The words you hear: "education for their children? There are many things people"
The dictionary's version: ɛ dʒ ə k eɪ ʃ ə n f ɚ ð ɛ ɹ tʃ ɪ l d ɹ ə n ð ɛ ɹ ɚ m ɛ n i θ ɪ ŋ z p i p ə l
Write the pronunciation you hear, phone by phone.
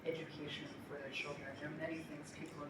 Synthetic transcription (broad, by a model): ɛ dʒ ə k eɪ ʃ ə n f ɚ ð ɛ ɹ ʃ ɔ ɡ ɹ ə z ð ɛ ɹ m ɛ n i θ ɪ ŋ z p i p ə